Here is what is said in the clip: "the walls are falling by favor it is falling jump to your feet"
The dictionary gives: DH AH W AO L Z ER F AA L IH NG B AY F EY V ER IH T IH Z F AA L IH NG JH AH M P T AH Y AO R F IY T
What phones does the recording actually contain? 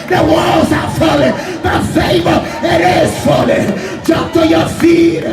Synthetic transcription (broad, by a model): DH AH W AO Z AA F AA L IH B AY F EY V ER IH T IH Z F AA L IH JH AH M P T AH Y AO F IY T